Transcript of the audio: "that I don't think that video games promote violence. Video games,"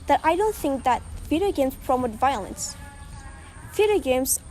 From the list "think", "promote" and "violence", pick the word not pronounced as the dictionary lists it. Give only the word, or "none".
none